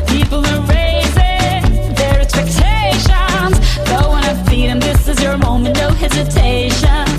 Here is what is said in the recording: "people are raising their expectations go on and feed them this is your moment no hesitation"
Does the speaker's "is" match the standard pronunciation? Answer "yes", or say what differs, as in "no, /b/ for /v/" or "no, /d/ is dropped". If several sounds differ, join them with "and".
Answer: yes